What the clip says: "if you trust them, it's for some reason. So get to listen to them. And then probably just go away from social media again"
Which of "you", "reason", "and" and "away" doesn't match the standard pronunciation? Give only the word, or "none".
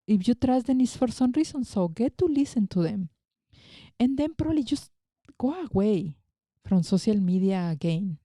reason